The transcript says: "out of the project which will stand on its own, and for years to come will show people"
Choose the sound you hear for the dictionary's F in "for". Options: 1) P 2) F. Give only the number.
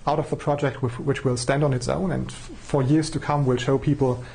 2